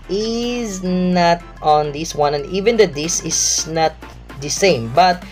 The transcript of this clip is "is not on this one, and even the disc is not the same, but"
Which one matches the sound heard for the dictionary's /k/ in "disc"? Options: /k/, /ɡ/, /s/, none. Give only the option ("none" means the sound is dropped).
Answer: none